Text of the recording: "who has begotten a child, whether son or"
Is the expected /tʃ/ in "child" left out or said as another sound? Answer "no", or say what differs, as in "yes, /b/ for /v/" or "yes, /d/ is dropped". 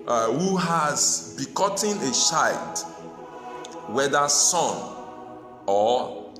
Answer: yes, /ʃ/ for /tʃ/